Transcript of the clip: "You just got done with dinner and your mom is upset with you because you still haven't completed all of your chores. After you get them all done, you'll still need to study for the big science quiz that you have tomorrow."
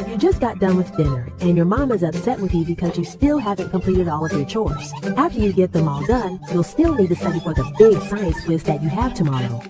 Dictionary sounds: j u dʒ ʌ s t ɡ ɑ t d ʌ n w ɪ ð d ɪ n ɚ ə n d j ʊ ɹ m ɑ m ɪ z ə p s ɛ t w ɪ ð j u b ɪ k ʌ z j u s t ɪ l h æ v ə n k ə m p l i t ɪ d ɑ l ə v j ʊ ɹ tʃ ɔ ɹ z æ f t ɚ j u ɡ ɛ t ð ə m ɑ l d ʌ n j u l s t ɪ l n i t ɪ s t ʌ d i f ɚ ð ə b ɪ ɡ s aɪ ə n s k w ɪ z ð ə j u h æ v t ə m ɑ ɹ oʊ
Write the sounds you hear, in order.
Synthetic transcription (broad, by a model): j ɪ dʒ ʌ s ɡ ɑ t d ʌ n w ɪ ð d ɪ n ɚ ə n j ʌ ɹ m ɑ m ɪ z ə p s ɛ t w ɪ ð j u b ɪ k ʌ z j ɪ s t ɪ l h æ v ə n k ə m p l i t ɪ d ɑ l ə v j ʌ ɹ tʃ ɔ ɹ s æ f t ɚ j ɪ ɡ ɛ t ð ə m ɑ l d ʌ n j u l s t ɪ l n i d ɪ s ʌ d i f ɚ ð ə b ɪ ɡ s aɪ ə n s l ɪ s ð ə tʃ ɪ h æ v t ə m ɑ ɹ oʊ